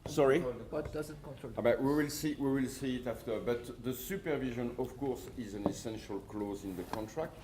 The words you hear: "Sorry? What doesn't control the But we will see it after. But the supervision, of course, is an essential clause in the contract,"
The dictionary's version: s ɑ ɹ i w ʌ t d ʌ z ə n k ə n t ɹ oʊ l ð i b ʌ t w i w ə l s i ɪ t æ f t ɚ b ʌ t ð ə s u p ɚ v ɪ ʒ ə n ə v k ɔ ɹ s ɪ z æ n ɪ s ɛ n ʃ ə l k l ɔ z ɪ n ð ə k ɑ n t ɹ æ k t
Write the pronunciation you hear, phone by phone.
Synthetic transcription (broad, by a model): s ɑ ɹ i w ʌ t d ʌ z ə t k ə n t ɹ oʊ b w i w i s w i w ə l s i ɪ t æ f t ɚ b ʌ t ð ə s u p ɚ v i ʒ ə n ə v k ɔ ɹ s ɪ z æ n ɪ s ɛ n ʃ ə l k l ɔ z ɪ n ð ə k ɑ n t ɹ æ k t